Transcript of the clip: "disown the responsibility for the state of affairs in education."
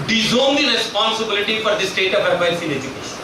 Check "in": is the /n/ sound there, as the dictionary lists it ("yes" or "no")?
no